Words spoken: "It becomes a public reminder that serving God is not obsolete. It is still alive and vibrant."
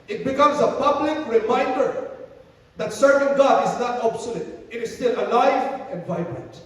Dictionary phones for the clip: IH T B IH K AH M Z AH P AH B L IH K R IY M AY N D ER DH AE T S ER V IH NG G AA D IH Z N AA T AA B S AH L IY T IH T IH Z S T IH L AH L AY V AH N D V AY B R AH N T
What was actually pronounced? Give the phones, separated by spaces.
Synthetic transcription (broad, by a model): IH T B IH K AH M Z AH P AH B L IH K R IY M AY N D ER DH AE T S ER V IH NG G AA D IH Z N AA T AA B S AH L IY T IH T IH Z S T IH L AH L AY V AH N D V AY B R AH N T